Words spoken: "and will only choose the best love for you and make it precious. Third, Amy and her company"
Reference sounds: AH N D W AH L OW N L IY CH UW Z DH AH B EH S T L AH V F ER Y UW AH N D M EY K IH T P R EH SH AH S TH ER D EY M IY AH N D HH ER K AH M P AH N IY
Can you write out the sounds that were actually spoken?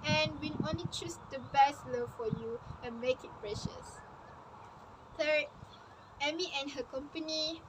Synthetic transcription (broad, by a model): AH N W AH N OW N L IY CH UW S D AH B EH S T L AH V F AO Y UW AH N M EY K IH T P R EH SH AH S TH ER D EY M IY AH N HH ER K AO M P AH N IY